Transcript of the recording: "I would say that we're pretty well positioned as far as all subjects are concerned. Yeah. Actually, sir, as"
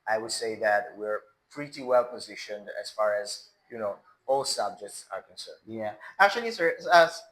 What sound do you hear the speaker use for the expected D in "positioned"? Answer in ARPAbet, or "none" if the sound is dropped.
D